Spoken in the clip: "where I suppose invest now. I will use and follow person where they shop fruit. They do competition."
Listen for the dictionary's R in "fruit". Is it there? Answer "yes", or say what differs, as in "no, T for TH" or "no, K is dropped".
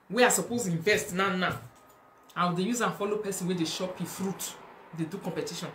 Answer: yes